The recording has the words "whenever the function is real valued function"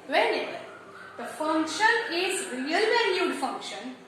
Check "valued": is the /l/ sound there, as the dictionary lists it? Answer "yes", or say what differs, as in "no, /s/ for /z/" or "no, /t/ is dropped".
no, /n/ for /l/